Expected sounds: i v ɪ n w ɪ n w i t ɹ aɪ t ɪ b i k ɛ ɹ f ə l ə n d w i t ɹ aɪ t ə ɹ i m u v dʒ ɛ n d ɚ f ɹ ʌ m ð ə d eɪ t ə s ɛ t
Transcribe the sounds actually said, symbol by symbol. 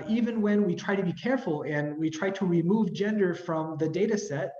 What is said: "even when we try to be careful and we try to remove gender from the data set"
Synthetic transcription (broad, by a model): i v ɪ n w ɪ n w i t ɹ aɪ t ɪ b i k ɛ ɹ f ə l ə n w i t ɹ aɪ t ə ɹ i m u v dʒ ɛ n d ɚ f ɹ ʌ m ð ə d eɪ t ə s ɛ t